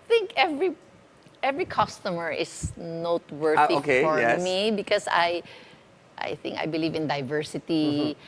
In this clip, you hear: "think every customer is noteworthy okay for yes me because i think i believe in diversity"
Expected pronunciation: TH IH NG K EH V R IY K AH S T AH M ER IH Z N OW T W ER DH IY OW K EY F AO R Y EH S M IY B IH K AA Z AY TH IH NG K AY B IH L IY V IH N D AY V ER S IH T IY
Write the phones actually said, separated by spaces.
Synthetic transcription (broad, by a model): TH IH NG K EH V R IY K AH S T AH M ER IH S N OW T W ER IY OW K EY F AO R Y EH M IY B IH K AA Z AY TH IH NG K AY B IH L IY V IH N D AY V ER S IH T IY